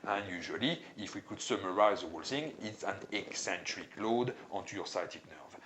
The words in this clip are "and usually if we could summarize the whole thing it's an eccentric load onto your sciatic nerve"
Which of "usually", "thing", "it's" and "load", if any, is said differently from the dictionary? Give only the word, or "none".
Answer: thing